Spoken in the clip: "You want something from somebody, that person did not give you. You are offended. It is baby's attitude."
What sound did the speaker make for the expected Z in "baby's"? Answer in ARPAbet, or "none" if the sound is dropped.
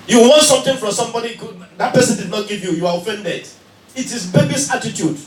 S